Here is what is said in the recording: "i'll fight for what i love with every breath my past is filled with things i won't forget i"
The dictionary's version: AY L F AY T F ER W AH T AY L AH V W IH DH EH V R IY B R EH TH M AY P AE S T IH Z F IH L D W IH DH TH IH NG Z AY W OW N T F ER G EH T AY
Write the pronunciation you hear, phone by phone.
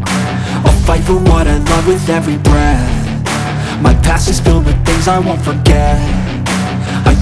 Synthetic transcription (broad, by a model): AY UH F AY T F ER W AH T AY L AH V W IH DH EH V R IY B R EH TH M AY P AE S IH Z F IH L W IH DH TH IH NG Z AY W OW N T F ER G EH T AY